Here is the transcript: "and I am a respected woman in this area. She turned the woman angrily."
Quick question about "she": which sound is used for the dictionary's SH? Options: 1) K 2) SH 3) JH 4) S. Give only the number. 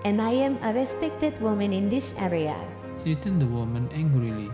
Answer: 4